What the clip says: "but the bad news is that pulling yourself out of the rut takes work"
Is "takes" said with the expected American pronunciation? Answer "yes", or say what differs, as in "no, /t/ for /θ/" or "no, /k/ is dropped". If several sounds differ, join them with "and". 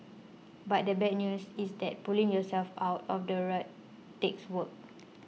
yes